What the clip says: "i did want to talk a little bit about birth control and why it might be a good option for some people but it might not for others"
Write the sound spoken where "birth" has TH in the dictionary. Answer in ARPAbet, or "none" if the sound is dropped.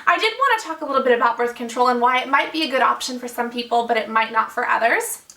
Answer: TH